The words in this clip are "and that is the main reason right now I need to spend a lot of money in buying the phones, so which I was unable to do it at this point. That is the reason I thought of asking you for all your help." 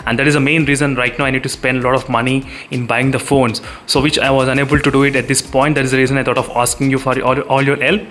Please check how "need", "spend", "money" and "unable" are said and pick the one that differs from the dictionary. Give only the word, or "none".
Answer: none